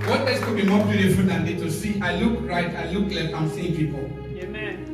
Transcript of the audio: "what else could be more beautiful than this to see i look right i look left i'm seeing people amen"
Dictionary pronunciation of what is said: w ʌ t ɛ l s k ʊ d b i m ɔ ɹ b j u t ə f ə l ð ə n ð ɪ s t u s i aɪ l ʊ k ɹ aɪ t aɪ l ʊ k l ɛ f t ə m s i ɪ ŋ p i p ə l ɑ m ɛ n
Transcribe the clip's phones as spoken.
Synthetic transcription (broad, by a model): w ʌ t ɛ s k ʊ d b i m ɔ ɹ b j u t ə f ə l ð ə n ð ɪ t u s i aɪ l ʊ k ɹ aɪ t aɪ l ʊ k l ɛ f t ə m s i ɪ ŋ p i p ə l